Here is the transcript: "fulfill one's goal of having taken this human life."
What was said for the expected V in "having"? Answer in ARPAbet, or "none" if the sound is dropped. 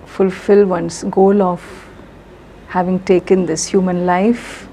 V